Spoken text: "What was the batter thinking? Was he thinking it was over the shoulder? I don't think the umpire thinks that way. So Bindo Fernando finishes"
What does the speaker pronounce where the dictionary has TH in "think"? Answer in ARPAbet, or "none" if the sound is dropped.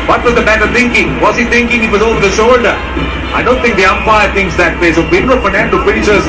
T